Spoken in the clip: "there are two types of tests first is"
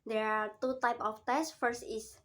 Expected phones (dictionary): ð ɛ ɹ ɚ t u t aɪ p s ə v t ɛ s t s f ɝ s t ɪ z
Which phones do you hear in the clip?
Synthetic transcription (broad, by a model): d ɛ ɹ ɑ t u t aɪ p ə f t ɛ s s f ɝ s t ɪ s